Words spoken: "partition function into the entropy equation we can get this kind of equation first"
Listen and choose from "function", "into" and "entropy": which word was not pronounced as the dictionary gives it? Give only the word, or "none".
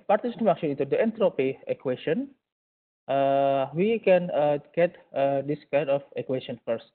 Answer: function